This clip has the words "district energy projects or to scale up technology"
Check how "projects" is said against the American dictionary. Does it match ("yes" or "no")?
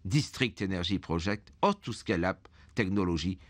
no